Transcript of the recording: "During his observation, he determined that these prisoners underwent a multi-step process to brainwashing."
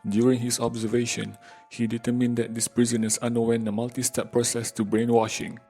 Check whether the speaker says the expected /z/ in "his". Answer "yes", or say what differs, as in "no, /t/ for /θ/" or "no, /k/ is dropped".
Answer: no, /s/ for /z/